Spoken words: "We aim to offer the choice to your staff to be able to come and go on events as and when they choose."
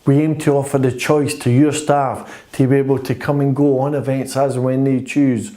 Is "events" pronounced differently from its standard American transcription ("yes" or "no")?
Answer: no